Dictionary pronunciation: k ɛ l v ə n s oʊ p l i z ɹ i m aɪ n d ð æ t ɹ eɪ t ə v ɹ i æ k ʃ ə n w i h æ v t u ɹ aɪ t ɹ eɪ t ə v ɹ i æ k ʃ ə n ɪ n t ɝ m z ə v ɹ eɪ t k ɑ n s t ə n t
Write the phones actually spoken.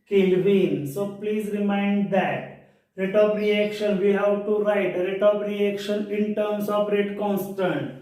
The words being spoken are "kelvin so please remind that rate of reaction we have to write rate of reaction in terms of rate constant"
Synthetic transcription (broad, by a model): k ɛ l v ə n s oʊ p l i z ɹ i m aɪ n d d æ t ɹ eɪ t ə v ɹ i æ k ʃ ə n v i h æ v t u ɹ aɪ t ɹ eɪ t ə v ɹ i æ k ʃ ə n ɪ n t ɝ m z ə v ɹ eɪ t k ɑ n s t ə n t